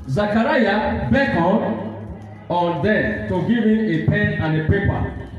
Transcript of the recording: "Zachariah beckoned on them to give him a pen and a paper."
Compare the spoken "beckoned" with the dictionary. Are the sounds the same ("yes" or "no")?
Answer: no